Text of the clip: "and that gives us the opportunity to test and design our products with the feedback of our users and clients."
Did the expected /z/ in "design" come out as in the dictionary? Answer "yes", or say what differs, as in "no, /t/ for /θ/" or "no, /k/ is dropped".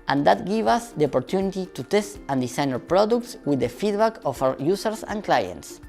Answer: no, /s/ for /z/